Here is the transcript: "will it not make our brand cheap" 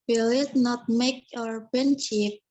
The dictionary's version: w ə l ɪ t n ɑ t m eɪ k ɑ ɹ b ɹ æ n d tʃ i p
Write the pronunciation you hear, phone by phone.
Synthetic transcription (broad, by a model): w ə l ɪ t n ɑ t m eɪ k ɑ ɹ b ɛ n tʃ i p